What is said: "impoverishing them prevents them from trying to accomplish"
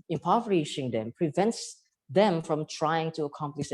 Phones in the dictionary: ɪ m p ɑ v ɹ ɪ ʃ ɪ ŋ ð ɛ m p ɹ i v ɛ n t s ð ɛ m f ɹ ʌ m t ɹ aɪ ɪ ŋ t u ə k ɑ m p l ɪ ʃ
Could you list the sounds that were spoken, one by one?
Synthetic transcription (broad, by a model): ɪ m p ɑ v ɹ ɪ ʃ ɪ ŋ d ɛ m p ɹ i v ɛ n t s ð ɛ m f ɹ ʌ m t ɹ aɪ ɪ ŋ t u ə k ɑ m p l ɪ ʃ